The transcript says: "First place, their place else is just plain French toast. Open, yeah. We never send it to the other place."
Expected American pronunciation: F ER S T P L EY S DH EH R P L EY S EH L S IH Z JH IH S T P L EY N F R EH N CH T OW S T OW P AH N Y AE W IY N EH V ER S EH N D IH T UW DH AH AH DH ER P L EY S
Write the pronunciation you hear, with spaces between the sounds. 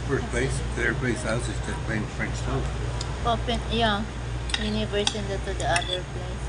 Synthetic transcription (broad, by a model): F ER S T P L EY S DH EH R P L EY S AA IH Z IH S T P EY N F R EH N S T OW OW P AH N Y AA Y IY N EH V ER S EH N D IH T UW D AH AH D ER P L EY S